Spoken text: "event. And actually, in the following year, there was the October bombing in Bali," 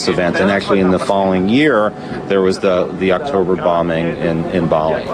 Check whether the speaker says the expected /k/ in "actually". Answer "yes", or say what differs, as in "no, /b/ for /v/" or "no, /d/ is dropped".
yes